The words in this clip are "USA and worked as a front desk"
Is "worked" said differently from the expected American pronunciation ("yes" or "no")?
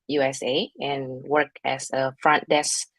yes